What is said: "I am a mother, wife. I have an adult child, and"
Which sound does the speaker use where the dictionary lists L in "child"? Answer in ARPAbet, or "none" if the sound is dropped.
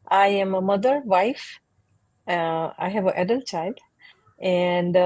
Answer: L